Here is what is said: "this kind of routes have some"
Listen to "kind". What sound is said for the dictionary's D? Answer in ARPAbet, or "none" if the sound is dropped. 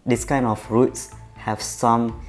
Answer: none